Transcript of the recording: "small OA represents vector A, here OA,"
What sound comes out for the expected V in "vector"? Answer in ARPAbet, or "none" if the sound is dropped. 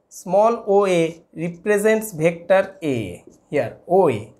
B